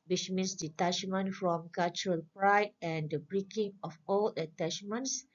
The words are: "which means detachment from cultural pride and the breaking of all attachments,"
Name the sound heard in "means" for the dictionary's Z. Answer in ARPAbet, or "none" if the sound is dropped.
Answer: S